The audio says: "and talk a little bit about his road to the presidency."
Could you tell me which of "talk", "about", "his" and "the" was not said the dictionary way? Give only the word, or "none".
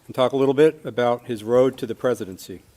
none